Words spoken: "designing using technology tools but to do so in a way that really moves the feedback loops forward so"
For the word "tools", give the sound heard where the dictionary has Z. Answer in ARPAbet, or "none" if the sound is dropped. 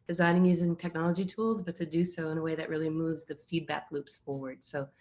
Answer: Z